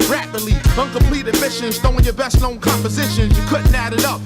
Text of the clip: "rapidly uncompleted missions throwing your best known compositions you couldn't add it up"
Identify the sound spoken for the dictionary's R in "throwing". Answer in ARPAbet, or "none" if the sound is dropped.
none